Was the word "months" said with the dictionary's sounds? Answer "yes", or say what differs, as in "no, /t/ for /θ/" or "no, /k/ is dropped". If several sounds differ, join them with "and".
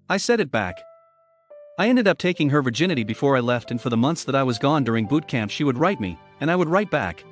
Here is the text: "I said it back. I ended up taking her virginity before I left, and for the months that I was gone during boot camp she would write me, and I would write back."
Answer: yes